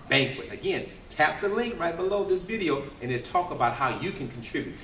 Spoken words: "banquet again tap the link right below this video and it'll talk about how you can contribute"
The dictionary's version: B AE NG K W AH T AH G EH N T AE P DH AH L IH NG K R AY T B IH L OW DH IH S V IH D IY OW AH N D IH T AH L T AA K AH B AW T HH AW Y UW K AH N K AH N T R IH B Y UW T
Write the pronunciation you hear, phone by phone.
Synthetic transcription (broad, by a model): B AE NG K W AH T AH G EH N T AE P DH AH L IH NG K R AY T B IH L OW DH IH S V IH D IY OW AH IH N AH T AA K AH B AW T HH AW Y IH K AH N K N T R IH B Y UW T